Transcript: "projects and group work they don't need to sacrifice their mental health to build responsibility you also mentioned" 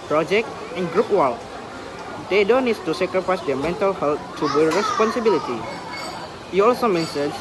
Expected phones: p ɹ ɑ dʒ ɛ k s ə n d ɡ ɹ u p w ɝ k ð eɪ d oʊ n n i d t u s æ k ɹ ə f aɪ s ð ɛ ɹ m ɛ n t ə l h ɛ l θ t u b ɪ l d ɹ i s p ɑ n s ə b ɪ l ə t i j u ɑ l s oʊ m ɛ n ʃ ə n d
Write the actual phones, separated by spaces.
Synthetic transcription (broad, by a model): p ɹ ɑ dʒ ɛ k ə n ɡ ɹ u p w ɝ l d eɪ d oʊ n n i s t u s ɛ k ɹ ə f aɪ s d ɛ m ɛ n t ə l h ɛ l t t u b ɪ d ɹ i s p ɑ n s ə b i l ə t i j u ɑ l s oʊ m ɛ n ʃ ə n